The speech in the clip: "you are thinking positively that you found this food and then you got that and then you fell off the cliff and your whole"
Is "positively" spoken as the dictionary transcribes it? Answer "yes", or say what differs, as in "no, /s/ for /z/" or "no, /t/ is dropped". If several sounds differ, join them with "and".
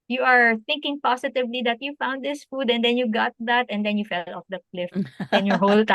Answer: no, /s/ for /z/